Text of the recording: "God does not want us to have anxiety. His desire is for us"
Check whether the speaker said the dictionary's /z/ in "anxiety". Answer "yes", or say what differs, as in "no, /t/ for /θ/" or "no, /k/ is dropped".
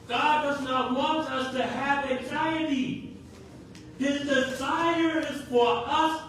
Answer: yes